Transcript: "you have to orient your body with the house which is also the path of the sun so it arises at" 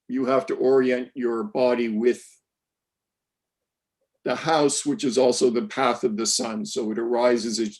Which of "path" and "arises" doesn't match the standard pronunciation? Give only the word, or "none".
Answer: none